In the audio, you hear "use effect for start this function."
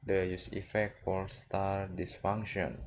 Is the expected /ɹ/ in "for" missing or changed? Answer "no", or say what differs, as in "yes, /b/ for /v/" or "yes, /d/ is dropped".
yes, /l/ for /ɹ/